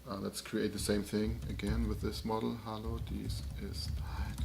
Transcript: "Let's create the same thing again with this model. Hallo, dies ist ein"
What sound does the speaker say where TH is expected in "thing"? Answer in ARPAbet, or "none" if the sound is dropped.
TH